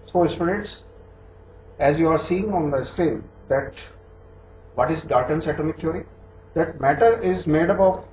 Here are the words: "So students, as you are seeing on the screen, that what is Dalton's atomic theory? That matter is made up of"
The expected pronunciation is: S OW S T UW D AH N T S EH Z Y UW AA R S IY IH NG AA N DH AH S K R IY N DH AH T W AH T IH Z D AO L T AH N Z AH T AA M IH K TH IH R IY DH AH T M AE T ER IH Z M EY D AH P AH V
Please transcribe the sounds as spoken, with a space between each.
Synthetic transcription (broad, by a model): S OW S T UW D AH T S EH Z Y UW AA R S IY IH NG AA N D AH S K R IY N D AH T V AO T IH Z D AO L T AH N S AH T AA M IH K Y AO R IY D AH T M AE T ER IH Z M EY D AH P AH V